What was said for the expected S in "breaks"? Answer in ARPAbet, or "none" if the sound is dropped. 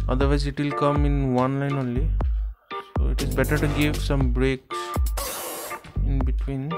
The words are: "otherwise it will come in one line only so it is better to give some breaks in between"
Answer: none